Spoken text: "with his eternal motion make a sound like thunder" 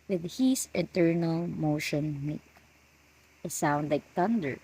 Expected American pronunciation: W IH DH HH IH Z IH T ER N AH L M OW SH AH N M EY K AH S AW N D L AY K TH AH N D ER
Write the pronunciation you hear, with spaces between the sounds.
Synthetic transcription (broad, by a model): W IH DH HH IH S IH T ER N AH L M OW SH AH N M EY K AH S AW N D L AY K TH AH N D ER